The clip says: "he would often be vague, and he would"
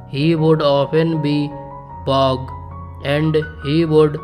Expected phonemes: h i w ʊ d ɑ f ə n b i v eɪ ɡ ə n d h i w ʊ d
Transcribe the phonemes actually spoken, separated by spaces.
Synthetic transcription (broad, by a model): h i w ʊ d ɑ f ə n b i b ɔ ɡ ə n d h i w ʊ d